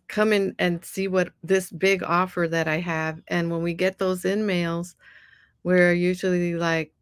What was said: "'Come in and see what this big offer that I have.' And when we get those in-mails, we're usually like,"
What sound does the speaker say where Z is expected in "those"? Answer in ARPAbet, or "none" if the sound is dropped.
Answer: Z